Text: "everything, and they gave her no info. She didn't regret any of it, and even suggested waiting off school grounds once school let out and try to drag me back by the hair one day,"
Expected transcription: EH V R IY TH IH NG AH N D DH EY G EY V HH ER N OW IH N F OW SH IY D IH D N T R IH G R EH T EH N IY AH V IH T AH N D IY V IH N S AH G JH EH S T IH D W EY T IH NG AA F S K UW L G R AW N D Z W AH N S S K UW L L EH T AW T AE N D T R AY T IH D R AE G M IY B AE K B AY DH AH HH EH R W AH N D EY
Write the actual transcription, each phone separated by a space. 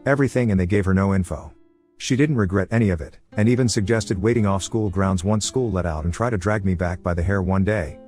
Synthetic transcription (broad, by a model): EH V R IY TH IH NG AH N DH EY G EY V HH ER N OW IH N F OW SH IY D IH D N T R IH G R EH T EH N IY AH V IH T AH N IY V IH N S AH G JH EH S T IH D W EY T IH NG AA F S K UW L G R AW N D Z W AH N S S K UW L L EH T AW T N T R AY T IH D R AE G M IY B AE K B AY DH AH HH EH R W AH N D EY